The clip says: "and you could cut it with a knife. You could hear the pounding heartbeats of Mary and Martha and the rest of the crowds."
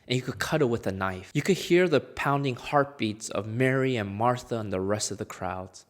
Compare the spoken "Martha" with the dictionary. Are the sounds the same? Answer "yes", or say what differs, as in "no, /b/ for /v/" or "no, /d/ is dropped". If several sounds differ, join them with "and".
yes